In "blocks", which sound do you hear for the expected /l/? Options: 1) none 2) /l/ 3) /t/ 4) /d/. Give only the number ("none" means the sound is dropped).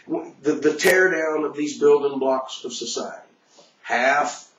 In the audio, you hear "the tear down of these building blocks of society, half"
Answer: 2